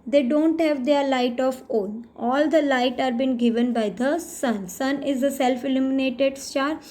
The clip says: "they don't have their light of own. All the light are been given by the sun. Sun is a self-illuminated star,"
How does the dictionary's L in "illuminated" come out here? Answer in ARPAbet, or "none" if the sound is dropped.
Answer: L